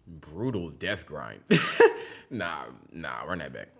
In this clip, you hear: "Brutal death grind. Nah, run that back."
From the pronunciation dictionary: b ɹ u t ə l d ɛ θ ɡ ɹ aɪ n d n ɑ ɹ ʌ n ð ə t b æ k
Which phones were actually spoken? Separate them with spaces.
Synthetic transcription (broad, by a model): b ɹ u t l d ɛ θ ɡ ɹ aɪ n d n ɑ w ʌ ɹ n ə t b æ k